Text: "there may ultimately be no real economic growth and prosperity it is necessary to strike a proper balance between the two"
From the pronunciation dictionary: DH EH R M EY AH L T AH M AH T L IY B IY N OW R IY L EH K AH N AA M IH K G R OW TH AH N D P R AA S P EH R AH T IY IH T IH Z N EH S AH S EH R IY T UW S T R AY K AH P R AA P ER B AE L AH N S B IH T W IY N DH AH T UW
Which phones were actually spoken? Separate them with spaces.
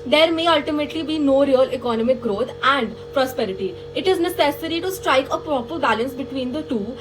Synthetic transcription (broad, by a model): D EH R M EY AH L T AH M AH T L IY B IY N OW R IY L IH K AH N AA M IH K G R OW T AH N D P R AA S P EH R AH T IY IH T IH Z N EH S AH S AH R IY T UW S T R AY K AH P R AA P ER B AE L AH N S B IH T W IY N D AH T UW